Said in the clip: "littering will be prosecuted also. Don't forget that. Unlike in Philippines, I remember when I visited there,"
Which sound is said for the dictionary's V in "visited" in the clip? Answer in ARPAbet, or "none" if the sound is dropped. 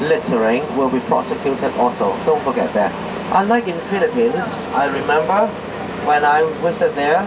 W